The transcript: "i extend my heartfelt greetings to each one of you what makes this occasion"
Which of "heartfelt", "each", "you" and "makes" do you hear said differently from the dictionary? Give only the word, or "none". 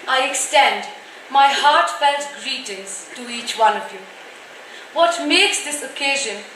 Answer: none